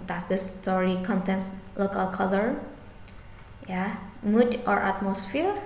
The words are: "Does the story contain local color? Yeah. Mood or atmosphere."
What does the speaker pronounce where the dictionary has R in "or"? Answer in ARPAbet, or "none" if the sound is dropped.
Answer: R